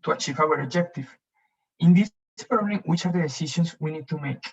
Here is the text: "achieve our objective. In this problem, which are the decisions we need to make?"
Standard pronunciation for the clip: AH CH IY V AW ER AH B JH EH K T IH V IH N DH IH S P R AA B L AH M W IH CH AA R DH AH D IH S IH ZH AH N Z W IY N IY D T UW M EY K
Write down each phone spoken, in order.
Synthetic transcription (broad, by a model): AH CH IY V AW ER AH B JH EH K T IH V IH N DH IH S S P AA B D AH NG W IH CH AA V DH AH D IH S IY SH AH N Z W IY N IY D T UW M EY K